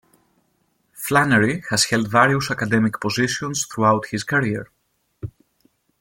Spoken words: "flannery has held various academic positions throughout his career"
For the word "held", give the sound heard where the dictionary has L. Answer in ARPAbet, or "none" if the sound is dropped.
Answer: L